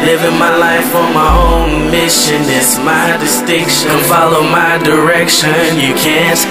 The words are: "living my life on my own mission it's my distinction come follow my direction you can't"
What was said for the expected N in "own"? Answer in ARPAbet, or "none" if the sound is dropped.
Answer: N